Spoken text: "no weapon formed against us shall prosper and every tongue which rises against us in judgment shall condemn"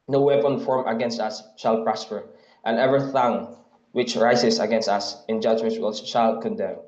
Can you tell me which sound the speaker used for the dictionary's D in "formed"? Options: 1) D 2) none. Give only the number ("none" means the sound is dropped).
2